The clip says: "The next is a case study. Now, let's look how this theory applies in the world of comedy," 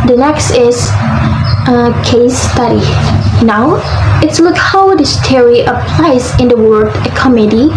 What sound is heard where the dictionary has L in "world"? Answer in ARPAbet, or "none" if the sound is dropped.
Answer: none